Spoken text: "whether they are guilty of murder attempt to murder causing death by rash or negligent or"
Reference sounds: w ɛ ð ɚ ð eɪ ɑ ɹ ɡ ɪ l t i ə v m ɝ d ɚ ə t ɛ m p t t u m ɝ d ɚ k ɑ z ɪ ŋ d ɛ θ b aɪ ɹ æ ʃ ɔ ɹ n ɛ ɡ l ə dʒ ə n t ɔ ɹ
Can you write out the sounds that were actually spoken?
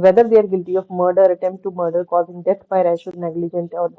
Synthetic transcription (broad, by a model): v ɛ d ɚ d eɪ ɑ ɹ ɡ ɪ l t i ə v m ɝ d ɚ ə t ɛ m p t t u m ɝ d ɚ k ɑ z ɪ ŋ d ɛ t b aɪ ɹ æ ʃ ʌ l n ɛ ɡ l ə dʒ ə n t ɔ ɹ